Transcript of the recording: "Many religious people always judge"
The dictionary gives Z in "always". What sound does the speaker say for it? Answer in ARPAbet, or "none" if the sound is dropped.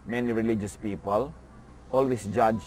S